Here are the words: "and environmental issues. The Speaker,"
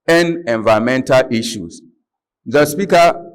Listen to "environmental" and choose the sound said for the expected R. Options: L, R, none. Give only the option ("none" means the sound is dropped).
none